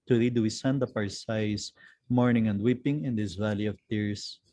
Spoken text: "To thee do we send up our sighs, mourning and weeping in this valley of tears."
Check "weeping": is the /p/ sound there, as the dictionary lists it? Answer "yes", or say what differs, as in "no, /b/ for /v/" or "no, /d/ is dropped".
yes